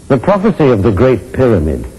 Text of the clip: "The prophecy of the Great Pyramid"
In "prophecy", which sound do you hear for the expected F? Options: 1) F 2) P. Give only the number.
1